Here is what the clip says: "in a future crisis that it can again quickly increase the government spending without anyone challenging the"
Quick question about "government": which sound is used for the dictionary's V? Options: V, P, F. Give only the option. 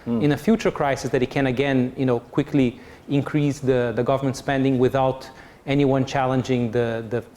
V